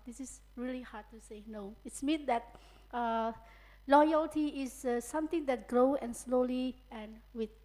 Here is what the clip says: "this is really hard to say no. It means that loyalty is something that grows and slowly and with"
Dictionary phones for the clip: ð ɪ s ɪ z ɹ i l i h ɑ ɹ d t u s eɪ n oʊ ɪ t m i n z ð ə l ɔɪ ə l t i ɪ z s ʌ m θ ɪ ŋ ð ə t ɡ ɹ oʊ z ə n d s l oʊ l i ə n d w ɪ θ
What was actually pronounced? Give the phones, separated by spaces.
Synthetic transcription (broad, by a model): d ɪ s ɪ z ɹ i l i h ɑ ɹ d t u s eɪ n oʊ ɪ t m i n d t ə l ɔɪ ə l t i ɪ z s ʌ m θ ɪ ŋ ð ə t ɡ ɹ oʊ ə n s l oʊ l i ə n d w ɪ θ